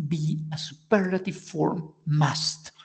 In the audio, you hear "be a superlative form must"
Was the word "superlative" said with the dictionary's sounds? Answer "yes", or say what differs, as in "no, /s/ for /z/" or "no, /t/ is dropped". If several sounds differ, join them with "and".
no, /l/ is dropped